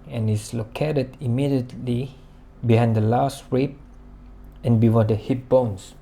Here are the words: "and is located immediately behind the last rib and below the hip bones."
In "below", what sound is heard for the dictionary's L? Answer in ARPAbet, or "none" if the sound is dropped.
W